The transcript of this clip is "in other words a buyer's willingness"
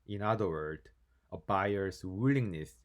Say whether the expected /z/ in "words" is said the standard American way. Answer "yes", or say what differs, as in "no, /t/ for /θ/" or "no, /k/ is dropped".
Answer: no, /z/ is dropped